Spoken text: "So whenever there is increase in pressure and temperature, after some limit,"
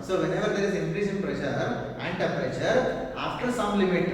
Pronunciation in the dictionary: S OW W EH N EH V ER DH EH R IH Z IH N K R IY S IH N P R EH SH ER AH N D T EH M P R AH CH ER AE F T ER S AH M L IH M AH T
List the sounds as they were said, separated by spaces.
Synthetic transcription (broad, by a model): S OW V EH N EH V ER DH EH R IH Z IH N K R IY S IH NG P R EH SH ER AH N D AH P R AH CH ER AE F T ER S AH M L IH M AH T